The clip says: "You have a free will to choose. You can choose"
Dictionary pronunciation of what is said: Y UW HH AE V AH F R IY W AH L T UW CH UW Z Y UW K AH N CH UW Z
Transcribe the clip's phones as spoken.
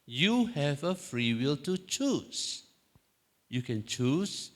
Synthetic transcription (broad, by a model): Y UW HH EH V AH F R IY W AH L T UW CH UW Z Y UW K AH N CH UW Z